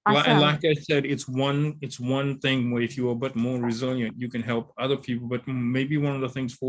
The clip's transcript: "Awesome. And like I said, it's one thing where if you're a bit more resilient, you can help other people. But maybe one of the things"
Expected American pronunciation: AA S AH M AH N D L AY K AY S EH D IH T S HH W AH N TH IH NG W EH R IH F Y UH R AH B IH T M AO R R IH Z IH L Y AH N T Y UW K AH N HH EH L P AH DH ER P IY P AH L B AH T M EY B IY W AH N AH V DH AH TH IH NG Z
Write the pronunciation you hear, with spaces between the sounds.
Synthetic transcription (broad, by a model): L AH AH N L AY K AY S EH D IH T S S W AH N TH IH NG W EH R IH F Y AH R B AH T M AO R R IH Z IH L Y AH N T Y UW K AH N HH EH L P AH DH ER P IY P L B AH T M EY B IY W AH N AH V DH AH TH IH NG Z